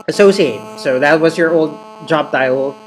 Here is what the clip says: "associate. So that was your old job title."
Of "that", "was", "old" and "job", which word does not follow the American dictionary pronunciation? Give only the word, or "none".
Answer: none